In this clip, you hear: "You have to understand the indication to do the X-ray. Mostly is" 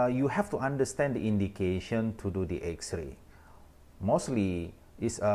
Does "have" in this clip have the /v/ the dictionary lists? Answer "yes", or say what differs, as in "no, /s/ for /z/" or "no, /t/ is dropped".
no, /f/ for /v/